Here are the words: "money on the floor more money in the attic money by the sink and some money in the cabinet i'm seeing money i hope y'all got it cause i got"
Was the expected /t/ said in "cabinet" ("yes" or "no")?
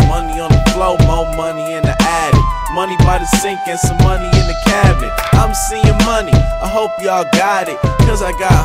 no